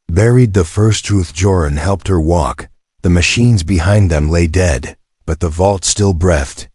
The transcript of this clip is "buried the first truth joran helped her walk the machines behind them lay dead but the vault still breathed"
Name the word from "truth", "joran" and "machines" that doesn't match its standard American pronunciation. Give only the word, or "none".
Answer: none